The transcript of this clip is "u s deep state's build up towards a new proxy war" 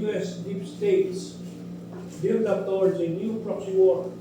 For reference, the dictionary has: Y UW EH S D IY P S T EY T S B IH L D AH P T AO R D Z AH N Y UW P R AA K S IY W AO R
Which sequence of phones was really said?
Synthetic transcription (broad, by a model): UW EH S D IY P S T EY T S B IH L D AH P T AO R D AH N Y UW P R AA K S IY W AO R